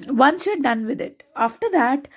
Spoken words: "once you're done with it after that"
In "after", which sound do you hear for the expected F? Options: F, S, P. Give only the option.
F